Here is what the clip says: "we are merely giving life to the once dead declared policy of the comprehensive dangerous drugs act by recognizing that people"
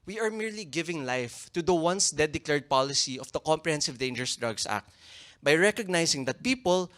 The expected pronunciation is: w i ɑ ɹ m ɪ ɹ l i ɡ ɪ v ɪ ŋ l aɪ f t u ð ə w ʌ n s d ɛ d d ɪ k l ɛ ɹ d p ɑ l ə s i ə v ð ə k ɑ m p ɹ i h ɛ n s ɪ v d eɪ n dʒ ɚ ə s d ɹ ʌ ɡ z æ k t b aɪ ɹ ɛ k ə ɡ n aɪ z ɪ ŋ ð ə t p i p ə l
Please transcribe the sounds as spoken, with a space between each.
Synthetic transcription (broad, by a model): w i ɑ ɹ m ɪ ɹ l i ɡ ɪ v ɪ ŋ l aɪ f t u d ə w ʌ n s d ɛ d d ɪ k l ɛ ɹ d p ɑ l ə s i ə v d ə k ɑ m p ɹ i h ɛ n s ɪ v d eɪ n dʒ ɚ s d ɹ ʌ ɡ s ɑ k t b aɪ ɹ ɛ k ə ɡ n aɪ s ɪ ŋ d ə t p i p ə l